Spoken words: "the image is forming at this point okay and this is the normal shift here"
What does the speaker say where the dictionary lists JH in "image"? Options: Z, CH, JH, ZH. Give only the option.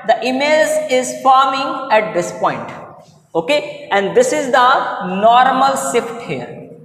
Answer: Z